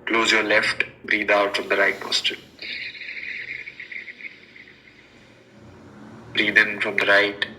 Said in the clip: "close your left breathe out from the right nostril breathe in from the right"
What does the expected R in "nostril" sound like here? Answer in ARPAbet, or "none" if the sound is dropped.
none